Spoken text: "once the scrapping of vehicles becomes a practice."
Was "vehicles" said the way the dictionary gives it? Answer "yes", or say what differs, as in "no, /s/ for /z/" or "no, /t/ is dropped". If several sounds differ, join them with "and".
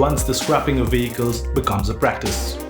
yes